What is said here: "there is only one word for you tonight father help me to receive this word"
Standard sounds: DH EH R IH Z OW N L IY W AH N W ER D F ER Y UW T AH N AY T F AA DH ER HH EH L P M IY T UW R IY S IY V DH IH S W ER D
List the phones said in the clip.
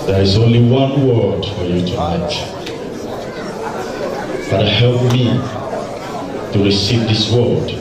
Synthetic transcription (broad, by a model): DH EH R IH Z OW N L IY W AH N W ER D F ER Y UW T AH AY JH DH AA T HH EH L P M IY T UW R IY S IY V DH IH S W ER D